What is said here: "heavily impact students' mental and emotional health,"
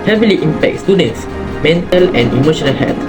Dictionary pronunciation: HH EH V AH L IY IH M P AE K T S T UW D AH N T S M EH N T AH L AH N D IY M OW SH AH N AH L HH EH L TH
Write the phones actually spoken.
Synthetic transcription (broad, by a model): HH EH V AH L IY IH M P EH K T S T UW D AH N T S M EH N T AH L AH N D IY M OW SH AH N AH L HH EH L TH